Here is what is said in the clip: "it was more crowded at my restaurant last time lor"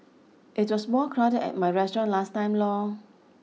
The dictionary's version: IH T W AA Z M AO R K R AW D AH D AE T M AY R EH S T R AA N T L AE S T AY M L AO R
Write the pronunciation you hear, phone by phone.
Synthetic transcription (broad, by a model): IH T W AA S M AO L K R AW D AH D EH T M AY R EH S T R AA N L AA S T AY M L AO